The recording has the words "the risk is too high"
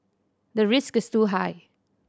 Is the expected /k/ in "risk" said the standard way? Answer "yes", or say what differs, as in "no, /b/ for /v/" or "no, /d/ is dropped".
yes